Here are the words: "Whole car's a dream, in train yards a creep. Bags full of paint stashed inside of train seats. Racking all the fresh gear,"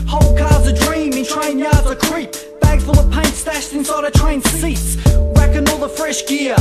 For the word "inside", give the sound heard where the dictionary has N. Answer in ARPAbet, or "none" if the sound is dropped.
N